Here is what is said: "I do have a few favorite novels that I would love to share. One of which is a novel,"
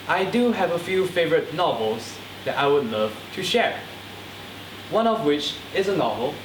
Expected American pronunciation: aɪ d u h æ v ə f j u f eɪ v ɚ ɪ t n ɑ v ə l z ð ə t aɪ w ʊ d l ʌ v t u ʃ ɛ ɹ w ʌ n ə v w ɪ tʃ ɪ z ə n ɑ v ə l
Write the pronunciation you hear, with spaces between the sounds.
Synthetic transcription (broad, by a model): aɪ d u h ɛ v ə f j u f eɪ v ɚ ɪ t n ɑ v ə l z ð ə t aɪ w ʊ d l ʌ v t u ʃ ɛ ɹ w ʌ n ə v w ɪ tʃ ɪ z ə n ɑ v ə l